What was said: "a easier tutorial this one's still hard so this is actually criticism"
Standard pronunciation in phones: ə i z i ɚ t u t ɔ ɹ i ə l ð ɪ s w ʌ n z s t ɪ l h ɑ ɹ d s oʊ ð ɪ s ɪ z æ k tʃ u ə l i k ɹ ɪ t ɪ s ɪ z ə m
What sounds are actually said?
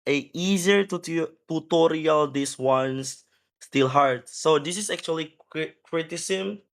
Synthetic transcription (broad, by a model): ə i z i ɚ t u t ɔ ɹ i ə l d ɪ s w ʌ n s t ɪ l h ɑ ɹ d s oʊ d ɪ s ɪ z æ k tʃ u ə l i k ɹ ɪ t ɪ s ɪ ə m